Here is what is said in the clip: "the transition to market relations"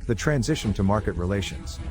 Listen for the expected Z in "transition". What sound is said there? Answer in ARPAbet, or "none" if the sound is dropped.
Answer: Z